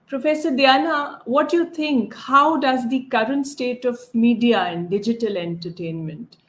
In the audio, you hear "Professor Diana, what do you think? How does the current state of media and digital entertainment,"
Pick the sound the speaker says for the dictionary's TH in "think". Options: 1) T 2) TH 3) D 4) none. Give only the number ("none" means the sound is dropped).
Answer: 1